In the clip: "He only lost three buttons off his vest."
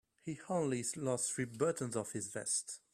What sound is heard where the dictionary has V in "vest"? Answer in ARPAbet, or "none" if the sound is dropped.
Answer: V